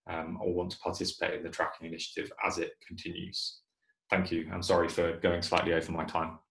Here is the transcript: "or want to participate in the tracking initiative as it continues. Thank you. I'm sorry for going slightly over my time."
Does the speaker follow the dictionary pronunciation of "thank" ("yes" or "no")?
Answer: yes